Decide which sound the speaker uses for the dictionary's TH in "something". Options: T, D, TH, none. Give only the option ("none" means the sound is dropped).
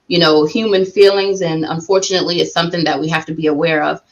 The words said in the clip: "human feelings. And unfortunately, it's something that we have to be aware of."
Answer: TH